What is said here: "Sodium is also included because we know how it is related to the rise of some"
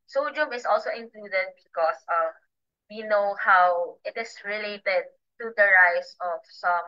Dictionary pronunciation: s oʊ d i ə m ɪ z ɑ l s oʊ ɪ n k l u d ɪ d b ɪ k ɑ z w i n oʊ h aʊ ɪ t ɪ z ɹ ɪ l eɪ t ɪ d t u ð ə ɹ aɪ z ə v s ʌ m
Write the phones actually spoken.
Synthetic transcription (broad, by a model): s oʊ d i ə m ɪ s ɑ l s oʊ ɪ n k l u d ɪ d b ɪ k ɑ s w i n oʊ h aʊ ɪ t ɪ s ɹ ɪ l eɪ t ɪ d t u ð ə ɹ aɪ s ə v s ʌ m